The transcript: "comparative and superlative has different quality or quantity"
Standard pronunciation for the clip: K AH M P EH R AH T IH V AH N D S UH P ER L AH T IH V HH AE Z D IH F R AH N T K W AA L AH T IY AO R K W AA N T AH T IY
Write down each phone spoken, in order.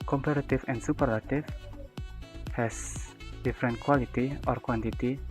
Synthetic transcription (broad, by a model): K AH M P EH R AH T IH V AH N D S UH P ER L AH T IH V HH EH S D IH F R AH N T K W AA L AH T IY AO R K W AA N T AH T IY